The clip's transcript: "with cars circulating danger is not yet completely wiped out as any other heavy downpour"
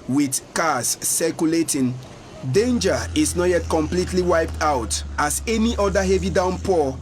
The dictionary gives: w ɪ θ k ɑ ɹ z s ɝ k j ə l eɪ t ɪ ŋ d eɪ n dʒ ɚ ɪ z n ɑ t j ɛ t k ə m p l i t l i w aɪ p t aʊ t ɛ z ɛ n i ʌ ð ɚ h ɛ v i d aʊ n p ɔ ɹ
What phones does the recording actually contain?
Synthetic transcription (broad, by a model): w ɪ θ k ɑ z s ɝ k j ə l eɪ t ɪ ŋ d eɪ n dʒ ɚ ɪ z n ɑ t j ɛ t k ə m p l i t l i w aɪ p t aʊ t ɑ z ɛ n i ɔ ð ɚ h ɛ v i d aʊ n p ɔ